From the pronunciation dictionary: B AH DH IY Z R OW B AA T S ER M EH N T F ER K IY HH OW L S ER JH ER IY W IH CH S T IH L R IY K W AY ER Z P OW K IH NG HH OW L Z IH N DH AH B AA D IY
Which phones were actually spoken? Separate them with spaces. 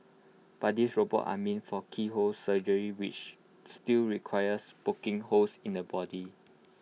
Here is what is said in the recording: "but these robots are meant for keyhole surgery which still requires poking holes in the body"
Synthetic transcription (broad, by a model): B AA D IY S R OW B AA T AA M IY N F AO K IY HH OW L S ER JH ER IY W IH CH S T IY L R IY K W AY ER S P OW K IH NG HH OW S IH N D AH B AA D IY